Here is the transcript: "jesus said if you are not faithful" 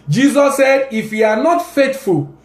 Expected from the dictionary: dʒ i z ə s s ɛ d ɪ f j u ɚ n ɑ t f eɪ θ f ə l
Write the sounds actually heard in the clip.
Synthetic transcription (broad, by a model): dʒ i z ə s s ɛ d ɪ f j u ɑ n ɑ t f eɪ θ f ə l